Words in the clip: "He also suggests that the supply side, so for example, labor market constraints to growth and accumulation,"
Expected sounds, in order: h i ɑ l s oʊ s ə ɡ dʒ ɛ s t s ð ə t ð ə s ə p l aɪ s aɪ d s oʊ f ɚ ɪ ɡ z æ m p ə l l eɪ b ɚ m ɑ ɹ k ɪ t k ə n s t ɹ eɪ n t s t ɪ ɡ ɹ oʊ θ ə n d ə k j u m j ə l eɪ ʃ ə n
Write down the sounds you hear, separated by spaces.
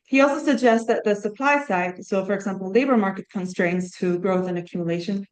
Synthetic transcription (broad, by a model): h i ɑ l s oʊ s ə ɡ dʒ ɛ s t s ð ə t ð ə s ə p l aɪ s aɪ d s oʊ f ɚ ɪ ɡ z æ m p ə l l eɪ b ɚ m ɑ ɹ k ɪ t k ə n s t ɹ eɪ n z t ɪ ɡ ɹ oʊ θ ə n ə k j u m j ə l eɪ ʃ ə n